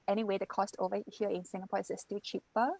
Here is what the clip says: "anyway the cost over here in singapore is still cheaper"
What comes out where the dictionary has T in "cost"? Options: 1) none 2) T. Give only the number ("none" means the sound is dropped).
2